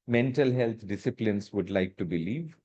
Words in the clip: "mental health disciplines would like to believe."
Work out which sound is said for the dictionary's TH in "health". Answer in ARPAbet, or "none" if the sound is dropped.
T